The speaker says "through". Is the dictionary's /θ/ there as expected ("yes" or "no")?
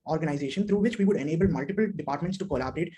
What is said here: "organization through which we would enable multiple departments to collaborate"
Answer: no